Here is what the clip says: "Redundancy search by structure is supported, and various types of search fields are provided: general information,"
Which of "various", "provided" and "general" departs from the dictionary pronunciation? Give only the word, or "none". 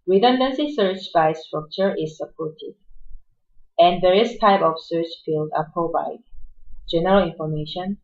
provided